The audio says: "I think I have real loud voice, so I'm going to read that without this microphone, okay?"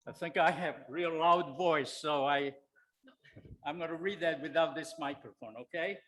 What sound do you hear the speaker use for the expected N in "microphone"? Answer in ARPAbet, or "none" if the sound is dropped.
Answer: N